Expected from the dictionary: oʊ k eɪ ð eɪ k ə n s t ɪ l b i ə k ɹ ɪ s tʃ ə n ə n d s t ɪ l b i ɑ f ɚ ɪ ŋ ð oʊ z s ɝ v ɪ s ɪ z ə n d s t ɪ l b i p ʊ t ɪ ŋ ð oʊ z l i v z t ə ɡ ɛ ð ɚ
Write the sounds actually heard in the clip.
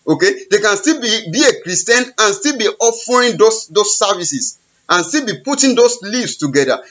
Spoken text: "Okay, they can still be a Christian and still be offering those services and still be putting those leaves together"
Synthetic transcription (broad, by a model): oʊ k eɪ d eɪ k ə n s t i l b i ə k ɹ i s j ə n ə n s t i l b i ɑ f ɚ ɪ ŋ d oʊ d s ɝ v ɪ s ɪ s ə n s t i l b i p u t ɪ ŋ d oʊ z l i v s t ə ɡ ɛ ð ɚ